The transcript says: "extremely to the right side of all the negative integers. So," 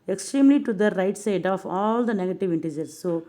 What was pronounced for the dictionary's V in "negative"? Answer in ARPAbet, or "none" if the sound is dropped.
V